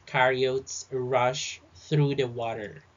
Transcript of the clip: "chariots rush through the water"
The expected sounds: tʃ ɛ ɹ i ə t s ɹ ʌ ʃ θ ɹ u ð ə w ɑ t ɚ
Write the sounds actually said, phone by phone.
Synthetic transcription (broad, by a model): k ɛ ɹ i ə t s ɹ ʌ ʃ θ ɹ u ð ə w ɑ t ɚ